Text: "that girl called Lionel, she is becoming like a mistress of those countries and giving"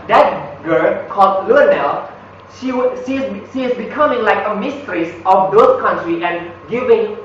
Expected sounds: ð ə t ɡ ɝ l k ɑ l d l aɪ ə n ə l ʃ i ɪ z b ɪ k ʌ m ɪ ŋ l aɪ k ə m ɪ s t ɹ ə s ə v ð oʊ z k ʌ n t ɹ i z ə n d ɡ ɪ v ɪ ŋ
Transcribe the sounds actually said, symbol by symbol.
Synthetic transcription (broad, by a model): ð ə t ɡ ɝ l k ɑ l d l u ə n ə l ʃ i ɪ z b ɪ k ʌ m ɪ ŋ l aɪ k ə m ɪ s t ɹ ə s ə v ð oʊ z k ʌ n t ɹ i ə n ɡ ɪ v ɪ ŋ